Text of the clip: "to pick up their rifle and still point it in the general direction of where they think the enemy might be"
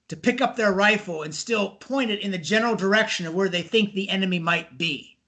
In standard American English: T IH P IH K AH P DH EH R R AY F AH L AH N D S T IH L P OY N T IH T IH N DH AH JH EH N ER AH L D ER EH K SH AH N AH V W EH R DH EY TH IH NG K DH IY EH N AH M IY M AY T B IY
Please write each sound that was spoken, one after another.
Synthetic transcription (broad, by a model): T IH P IH K AH P DH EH R R AY F L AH N S T IH L P OY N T IH T IH N DH AH JH EH N ER L D ER EH K SH AH N AH V W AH R DH EY TH IH NG K DH IY EH N AH M IY M AY T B IY